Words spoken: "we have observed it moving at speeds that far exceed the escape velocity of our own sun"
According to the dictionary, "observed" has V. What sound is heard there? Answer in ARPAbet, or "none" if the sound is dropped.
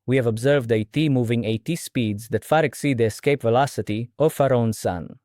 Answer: V